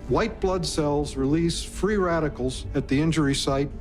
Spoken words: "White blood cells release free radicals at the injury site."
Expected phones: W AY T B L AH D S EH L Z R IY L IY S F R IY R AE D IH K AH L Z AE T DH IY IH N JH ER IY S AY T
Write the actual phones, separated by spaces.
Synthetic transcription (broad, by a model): W AY T B L AH D S EH L Z R IY L IY S F R IY R AE D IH K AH L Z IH T DH IY IH N JH ER IY S AY T